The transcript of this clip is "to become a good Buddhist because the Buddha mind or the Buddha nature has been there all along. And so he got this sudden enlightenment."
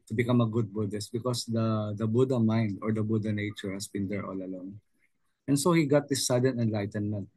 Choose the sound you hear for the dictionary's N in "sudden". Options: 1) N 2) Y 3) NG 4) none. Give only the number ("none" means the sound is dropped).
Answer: 1